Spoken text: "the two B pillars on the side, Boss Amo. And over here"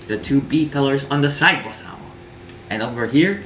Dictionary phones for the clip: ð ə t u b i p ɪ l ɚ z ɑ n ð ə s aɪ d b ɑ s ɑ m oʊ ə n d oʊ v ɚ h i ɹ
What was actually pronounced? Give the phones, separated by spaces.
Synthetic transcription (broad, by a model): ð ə t u b i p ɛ l ɚ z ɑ n ð ə s aɪ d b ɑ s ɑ ʊ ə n oʊ v ɚ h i ɹ